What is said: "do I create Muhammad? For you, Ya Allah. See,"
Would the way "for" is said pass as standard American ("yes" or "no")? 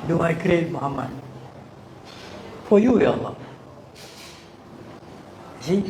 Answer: no